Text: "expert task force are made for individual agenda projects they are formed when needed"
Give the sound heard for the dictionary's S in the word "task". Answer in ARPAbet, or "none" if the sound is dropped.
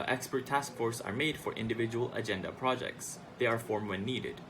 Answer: S